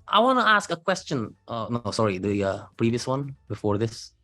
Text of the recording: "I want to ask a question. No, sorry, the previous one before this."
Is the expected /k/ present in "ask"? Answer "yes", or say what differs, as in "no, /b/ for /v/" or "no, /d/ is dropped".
yes